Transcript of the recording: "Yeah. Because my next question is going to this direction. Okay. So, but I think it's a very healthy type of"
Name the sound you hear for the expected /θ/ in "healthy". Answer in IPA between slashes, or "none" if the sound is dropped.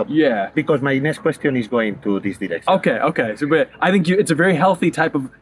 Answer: /θ/